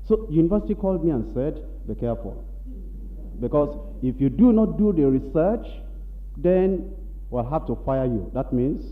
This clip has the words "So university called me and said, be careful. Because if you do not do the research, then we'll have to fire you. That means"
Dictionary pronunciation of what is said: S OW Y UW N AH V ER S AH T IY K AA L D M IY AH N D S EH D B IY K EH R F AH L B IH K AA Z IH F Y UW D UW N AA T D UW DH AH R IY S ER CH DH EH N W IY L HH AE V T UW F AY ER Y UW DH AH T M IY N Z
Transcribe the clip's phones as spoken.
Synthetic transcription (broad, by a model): S OW Y UW N AH V ER S AH T IY K AA L D M IY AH N S EH D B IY K EH R F AH L B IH K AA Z IH F Y UW D UW N AA T D UW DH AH R IY S ER CH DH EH N W IY L HH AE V T UW F AY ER Y UW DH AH T M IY N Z